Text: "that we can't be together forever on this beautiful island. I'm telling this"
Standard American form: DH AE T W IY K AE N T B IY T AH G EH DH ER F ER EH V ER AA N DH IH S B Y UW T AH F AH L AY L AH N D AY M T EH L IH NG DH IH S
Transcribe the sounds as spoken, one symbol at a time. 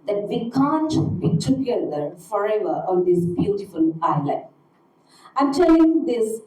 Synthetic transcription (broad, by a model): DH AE T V IY K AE N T B IY T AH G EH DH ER F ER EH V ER AA N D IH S B Y UW T AH F AH L AY L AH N AY M T EH L IH NG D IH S